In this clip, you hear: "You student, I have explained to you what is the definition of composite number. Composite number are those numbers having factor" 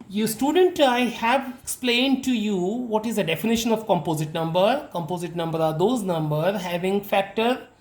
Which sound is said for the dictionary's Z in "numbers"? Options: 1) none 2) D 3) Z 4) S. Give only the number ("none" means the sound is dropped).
1